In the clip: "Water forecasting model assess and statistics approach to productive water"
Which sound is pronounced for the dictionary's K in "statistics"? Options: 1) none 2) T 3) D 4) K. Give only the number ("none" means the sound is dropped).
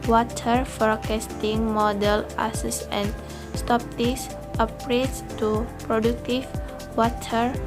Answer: 1